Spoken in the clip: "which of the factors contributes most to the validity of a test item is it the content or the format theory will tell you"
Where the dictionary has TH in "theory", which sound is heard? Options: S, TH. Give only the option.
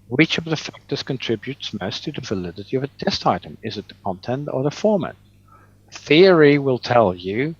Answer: TH